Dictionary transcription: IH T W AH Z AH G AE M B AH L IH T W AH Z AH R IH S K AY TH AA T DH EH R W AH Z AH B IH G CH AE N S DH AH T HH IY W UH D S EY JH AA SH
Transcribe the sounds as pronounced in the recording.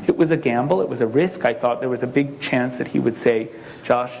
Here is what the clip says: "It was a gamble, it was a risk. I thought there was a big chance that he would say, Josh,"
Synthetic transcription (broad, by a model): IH T W AH Z AH G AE M B L IH T W AH Z AH R IH S K AY TH AA T DH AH R W AH Z AH B IH G CH AE N S DH AH T HH IY W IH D S EY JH AA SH